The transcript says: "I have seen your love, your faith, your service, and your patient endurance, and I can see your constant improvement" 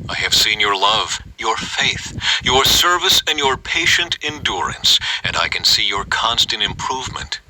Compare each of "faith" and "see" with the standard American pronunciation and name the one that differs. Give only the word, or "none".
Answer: none